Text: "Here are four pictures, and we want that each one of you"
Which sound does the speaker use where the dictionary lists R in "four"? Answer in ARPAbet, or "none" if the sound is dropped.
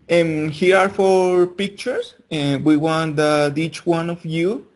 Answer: R